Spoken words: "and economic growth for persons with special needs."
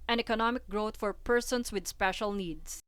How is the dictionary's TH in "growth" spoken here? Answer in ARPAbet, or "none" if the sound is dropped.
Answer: T